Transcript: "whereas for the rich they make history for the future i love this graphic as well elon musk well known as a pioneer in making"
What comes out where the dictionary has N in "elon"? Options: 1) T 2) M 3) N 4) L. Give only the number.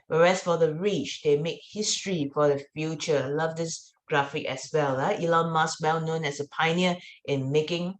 4